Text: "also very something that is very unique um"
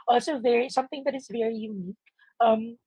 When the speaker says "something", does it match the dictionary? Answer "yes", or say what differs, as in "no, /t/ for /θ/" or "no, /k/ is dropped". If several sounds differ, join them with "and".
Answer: yes